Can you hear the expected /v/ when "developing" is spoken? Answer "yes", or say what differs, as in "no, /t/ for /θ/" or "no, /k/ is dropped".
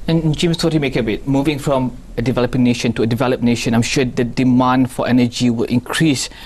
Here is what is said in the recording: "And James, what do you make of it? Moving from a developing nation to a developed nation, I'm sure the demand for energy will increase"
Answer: yes